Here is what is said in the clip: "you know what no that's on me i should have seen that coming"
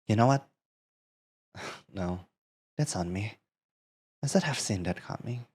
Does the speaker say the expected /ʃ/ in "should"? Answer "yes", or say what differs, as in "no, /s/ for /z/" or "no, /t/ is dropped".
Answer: no, /s/ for /ʃ/